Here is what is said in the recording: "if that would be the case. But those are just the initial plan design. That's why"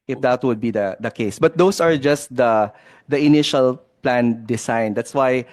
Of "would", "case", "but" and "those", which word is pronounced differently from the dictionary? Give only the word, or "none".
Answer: those